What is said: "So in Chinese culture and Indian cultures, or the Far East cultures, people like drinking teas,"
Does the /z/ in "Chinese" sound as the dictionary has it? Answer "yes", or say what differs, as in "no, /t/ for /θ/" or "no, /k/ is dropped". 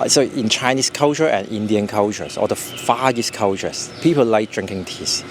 no, /s/ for /z/